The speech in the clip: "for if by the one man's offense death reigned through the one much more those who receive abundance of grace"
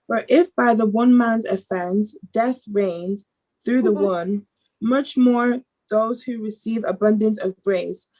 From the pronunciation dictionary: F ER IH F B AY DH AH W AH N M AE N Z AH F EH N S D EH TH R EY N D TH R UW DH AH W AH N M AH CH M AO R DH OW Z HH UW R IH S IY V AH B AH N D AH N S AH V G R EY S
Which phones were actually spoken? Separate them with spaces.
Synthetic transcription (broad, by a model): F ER IH F B AY DH AH W AH N M AE N Z AH F EH N S D EH TH R EY N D TH R UW DH AH W AH N M AH CH M AO R DH OW Z HH UW R IH S IY V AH B AH N D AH N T AH V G R EY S